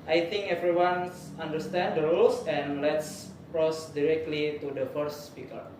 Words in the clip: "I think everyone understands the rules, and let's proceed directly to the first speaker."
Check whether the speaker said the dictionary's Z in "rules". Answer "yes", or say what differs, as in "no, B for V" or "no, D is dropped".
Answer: no, S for Z